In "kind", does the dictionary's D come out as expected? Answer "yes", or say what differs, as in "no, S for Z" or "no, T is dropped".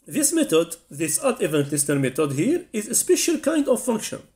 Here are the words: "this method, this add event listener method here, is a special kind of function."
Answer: yes